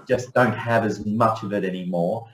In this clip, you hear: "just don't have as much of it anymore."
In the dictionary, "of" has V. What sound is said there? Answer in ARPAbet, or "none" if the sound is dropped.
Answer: V